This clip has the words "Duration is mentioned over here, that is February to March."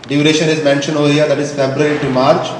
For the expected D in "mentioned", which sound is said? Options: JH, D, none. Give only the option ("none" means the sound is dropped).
none